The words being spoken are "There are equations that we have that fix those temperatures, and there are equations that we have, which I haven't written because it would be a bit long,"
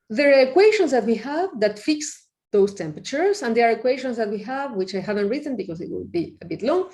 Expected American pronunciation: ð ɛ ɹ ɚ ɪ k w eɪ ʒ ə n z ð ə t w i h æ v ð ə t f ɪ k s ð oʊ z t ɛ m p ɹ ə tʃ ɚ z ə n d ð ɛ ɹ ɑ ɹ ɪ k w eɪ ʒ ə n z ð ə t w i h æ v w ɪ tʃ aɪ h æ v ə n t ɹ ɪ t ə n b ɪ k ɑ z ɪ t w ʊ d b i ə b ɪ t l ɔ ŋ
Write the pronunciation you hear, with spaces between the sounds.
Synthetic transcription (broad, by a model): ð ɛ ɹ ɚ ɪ k w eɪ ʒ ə n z ð ə t w i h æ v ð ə t f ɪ k s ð oʊ s t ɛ m p ɹ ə tʃ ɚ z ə n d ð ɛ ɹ ɑ ɹ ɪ k w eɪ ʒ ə n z ð ə t w i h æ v w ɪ tʃ aɪ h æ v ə n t ɹ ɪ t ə n b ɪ k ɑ s ɪ t w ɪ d b i ə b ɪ t l ɔ ŋ